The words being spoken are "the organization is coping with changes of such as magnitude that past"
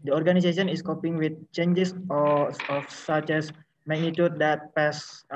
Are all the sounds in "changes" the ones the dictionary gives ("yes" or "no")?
no